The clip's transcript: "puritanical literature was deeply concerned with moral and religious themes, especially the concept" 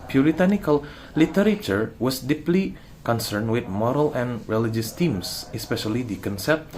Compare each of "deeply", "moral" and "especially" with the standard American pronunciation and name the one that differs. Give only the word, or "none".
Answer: none